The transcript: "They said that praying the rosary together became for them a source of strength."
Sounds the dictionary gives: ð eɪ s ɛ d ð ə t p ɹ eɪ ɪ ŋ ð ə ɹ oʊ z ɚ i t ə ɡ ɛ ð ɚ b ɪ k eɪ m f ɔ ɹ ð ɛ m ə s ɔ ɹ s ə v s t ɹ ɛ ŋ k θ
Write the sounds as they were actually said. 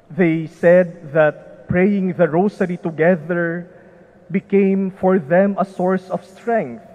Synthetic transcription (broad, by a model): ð eɪ s ɛ d ð ə t p ɹ eɪ ɪ ŋ ð ə ɹ oʊ s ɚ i t ə ɡ ɛ ð ɚ b ɪ k eɪ m f ɔ ɹ ð ɛ m ə s ɔ ɹ s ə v s t ɹ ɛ ŋ k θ